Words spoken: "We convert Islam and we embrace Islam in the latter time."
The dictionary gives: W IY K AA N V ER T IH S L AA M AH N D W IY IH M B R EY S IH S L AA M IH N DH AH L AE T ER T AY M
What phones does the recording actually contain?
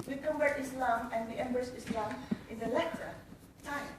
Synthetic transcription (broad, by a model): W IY K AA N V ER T IH S L AA M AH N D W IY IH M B EY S IH S L AA M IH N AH L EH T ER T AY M